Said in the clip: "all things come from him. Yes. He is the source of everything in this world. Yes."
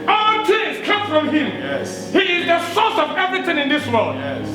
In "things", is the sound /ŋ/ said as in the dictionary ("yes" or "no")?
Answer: no